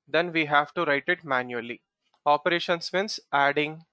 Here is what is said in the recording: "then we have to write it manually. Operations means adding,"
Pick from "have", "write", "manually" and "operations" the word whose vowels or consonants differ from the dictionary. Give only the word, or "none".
operations